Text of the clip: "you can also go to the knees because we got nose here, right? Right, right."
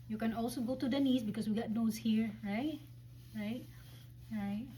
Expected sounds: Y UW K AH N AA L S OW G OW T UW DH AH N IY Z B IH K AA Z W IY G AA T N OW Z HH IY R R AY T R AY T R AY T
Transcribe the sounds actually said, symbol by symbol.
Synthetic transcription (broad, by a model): Y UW K AH N AA L S OW G OW T UW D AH N IY S B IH K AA S W IY G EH T N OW S HH IY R R AY T R AY T R AY T